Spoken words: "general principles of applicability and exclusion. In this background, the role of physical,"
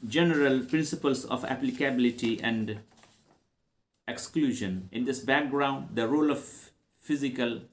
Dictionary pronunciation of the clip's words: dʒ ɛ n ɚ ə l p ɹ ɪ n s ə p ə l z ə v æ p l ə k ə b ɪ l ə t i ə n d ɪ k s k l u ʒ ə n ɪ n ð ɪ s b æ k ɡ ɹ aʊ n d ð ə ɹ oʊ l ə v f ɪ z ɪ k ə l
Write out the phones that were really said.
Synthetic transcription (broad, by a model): dʒ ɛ n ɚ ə l p ɹ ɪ n s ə p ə l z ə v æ p l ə k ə b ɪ l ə t i ə n d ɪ k s k l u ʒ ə n ɪ n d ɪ s b æ k ɡ ɹ aʊ n d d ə ɹ oʊ l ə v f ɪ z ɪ k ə l